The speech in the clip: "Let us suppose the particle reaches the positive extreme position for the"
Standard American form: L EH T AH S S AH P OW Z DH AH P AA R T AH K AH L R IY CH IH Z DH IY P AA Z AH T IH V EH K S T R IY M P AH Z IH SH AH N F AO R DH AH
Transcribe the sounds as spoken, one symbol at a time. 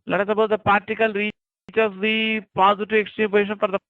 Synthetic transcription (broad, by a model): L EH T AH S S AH B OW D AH P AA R T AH K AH L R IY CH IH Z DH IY P AA Z AH T IH V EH K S T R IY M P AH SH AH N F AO R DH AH